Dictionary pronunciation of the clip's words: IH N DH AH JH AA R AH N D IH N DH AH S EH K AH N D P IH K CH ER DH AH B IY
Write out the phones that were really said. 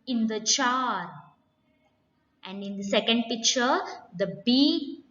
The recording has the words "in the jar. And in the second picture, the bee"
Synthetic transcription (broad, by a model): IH N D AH CH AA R AH N D IH N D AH S EH K AH N D P IH K CH ER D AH B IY